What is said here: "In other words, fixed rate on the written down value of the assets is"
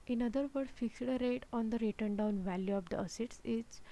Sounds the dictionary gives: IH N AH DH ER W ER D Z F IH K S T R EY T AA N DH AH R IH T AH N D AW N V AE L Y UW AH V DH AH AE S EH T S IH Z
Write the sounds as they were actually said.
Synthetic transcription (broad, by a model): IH N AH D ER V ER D F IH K S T R EY T AA N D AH R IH T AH N D AW N V AE L Y UW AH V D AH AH S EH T S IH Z